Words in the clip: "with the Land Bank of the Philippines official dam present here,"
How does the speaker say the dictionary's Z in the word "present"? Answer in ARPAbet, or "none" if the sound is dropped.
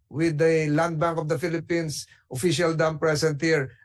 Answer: S